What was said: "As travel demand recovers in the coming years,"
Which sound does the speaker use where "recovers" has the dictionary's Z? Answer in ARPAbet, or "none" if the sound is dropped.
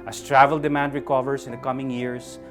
S